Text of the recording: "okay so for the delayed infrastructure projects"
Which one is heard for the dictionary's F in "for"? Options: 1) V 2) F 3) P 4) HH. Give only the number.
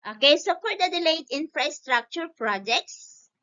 3